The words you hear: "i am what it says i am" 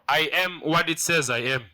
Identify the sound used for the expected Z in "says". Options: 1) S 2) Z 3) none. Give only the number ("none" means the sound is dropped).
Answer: 2